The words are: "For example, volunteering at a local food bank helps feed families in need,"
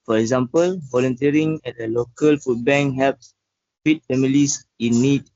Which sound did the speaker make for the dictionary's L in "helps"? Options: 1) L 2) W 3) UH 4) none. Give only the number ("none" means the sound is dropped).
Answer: 4